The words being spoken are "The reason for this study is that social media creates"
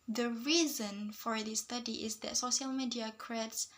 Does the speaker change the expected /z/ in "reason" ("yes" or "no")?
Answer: no